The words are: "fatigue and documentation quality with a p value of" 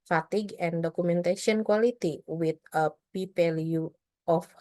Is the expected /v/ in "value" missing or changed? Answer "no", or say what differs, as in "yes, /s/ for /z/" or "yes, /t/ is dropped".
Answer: yes, /p/ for /v/